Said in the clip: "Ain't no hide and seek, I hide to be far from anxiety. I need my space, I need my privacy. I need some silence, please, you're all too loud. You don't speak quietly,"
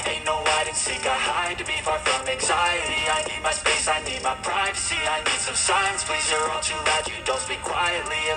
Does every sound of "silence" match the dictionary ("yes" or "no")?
no